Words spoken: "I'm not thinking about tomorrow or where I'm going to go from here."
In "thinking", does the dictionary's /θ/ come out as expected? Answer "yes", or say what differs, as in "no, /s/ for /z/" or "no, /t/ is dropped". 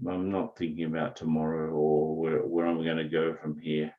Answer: yes